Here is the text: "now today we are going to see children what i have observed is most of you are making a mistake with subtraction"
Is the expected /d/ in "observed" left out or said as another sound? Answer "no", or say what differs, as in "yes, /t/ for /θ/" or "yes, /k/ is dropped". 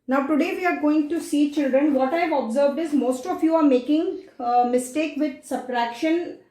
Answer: no